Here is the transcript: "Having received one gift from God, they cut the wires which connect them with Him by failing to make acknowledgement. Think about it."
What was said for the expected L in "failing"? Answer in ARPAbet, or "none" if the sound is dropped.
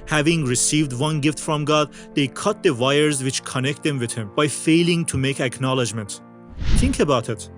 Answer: L